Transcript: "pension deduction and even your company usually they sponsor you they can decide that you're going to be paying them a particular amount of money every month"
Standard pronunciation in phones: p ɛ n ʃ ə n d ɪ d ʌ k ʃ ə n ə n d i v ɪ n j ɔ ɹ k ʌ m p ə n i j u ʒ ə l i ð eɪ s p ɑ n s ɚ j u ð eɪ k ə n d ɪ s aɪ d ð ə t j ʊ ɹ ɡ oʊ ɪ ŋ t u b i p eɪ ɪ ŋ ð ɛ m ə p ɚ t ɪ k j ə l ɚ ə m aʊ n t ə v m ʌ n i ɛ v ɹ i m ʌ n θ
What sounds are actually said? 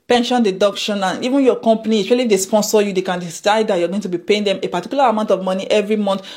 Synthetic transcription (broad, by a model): p ɛ n ʃ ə n d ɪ d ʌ k ʃ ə n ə n i v ɪ n j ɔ k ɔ m p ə n i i s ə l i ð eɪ s p ɑ n s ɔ j u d eɪ k ə n d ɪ s aɪ d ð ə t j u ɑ ɡ oʊ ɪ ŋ t u b i p eɪ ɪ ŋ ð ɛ m ə p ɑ t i k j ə l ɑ ə m aʊ n t ə v m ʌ n i ɛ v ɹ i m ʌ n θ